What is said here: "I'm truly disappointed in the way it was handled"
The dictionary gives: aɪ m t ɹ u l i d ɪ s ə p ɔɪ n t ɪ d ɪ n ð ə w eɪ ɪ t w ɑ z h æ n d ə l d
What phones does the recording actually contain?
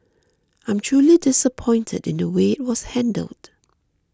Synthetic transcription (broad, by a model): aɪ m t ɹ u l i d ɪ s ə p ɔɪ n t ɪ d ɪ n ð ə w eɪ ɪ t w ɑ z h æ n d ə l d